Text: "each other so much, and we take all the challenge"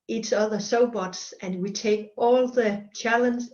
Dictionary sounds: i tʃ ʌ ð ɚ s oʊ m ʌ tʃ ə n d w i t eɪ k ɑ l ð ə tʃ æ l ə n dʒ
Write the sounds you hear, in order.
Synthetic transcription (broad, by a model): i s ʌ ð ɚ s oʊ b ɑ s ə n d w i t eɪ k ɑ l ð ə tʃ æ l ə n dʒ